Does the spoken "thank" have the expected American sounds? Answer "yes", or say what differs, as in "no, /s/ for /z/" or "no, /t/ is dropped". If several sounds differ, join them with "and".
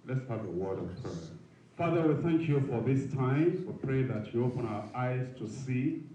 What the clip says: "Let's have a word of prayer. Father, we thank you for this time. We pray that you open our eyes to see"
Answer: yes